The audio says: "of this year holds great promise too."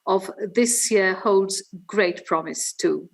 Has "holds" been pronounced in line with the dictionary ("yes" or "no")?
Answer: yes